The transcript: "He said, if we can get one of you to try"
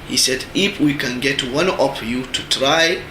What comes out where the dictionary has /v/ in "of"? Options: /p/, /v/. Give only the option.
/p/